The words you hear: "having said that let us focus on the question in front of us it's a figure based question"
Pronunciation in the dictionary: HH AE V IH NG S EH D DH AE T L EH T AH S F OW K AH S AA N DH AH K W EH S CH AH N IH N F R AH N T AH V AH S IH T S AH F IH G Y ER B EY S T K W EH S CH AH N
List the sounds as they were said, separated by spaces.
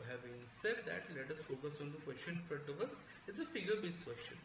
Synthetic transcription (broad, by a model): HH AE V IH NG S EH D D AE T L EH T AH S F OW K AH S AA N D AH K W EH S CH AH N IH N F AH T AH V AH S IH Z AH F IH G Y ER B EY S K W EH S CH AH N